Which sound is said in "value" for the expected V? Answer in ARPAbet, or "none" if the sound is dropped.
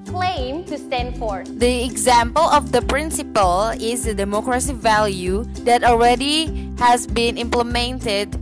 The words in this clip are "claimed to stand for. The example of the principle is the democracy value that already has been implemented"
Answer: V